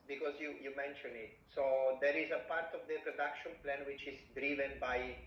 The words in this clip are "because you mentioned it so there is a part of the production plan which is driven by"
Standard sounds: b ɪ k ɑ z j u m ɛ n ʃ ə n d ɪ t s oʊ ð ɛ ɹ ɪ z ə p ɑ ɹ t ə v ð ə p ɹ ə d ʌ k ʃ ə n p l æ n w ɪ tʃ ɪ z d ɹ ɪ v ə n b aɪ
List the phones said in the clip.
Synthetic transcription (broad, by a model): b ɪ k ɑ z j u m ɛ n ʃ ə n ɪ t s oʊ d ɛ ɹ ɪ z ə p ɑ ɹ t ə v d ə p ɹ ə d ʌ k ʃ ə n p l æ n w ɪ tʃ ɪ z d ɹ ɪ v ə n b aɪ